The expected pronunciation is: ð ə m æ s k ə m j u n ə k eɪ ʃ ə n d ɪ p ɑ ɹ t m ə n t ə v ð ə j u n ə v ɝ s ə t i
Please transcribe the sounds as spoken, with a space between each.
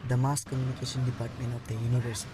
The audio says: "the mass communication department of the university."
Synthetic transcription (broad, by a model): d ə m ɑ s k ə m j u n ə k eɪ s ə n d ɪ p ɑ ɹ t m ə n t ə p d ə j u n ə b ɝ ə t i